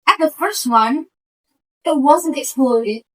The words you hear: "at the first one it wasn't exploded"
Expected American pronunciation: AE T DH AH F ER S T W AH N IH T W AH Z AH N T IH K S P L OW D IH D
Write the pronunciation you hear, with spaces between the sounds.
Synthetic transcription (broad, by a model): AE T DH AH F ER S T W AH N IH T W AH Z AH N T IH K S P L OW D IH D